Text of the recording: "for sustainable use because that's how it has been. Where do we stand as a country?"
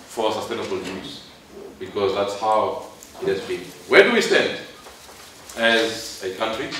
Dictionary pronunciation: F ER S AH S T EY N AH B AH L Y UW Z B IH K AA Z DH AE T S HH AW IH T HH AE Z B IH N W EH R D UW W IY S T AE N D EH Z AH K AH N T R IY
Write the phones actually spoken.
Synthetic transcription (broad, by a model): F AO S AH S T EY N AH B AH L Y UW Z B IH K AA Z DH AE T S HH AW IH T HH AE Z B IH N W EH D UW W IY S T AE N D EH Z AH K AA N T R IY